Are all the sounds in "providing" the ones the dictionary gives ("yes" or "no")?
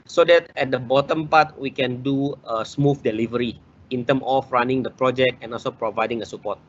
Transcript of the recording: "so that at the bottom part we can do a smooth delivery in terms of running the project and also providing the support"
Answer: yes